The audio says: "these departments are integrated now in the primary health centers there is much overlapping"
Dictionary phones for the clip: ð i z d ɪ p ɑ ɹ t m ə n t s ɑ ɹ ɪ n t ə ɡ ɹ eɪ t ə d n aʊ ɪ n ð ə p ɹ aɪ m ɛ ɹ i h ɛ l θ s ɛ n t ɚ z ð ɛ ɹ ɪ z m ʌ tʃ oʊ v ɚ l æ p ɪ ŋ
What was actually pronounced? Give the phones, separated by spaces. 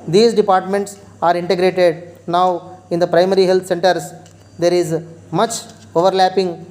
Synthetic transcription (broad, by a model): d i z d ɪ p ɑ ɹ t m ə n t s ɑ ɹ ɪ n t ə ɡ ɹ eɪ t ə d n aʊ ɪ n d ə p ɹ aɪ m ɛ ɹ i h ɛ l t s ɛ n t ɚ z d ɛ ɹ ɪ z m ʌ tʃ oʊ v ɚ l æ p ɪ ŋ